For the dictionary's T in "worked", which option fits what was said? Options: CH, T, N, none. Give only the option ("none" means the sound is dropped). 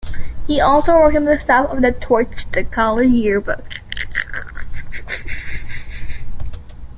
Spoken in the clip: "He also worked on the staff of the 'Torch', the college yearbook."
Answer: none